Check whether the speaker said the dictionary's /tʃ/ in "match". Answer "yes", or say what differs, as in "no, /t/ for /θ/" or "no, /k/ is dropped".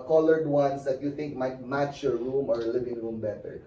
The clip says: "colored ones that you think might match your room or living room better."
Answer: yes